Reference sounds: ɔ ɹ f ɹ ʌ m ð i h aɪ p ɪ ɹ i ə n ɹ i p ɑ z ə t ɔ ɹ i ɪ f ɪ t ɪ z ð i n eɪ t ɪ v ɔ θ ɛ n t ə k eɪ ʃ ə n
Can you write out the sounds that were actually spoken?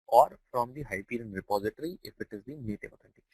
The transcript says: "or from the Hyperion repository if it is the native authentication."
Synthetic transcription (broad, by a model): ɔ ɹ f ɹ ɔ m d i h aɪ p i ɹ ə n ɹ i p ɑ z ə t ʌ ɹ i ɪ f ɪ t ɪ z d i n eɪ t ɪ p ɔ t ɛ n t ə